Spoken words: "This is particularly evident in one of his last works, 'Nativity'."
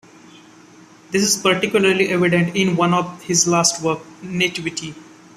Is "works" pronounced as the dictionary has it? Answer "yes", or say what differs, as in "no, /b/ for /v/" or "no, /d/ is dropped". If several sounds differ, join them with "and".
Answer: no, /s/ is dropped